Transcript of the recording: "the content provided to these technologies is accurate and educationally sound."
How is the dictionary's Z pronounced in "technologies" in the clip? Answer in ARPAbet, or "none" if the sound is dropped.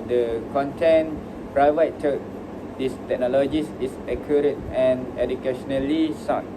S